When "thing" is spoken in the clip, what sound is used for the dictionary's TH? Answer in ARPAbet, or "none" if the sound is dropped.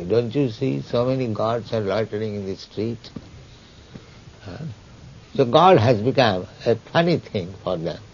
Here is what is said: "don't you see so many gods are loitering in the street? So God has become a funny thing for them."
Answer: T